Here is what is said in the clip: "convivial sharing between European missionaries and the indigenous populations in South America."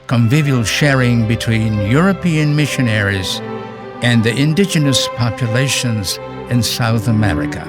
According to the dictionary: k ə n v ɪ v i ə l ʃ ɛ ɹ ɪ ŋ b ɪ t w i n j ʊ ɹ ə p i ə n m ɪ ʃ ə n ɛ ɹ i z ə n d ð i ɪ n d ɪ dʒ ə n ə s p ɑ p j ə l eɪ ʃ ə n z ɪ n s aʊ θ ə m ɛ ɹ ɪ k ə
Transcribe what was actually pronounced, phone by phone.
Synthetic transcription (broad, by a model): k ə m v ɪ v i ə l ʃ ɛ ɹ ɪ ŋ b ɪ t w i n j ʊ ɹ ə p i ə n m ɪ ʃ ə n ɛ ɹ i z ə n ð i ɪ n d ɪ dʒ ə n ə s p ɑ p j ə l eɪ ʃ ə n z ɪ n s aʊ θ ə m ɛ ɹ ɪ k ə